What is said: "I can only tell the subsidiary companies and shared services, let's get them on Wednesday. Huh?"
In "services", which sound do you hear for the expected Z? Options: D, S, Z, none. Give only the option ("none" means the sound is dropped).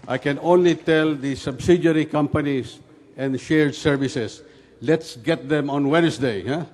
S